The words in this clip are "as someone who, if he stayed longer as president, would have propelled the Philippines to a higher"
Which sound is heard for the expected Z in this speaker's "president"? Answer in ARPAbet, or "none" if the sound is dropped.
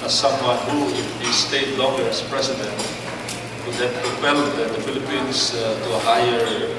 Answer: S